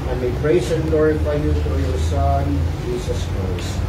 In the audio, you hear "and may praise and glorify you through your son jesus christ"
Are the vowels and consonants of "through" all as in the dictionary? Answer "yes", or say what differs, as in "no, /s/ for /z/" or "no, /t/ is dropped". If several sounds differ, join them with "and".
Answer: no, /f/ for /θ/